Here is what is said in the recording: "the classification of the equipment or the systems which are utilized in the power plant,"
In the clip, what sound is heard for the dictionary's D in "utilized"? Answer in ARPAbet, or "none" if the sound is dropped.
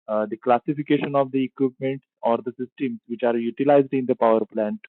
D